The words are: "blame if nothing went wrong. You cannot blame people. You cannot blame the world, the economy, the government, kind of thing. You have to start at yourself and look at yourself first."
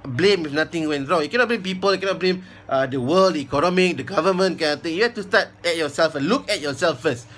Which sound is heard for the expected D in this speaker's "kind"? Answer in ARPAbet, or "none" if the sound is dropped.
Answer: none